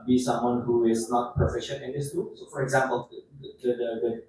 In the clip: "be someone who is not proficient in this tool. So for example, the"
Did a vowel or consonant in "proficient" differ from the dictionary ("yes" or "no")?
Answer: yes